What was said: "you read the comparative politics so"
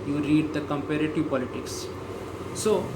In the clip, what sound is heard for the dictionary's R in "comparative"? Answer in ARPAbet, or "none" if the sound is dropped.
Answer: R